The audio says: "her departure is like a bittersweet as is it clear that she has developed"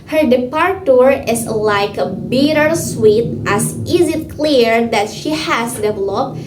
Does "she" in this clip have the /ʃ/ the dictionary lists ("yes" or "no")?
yes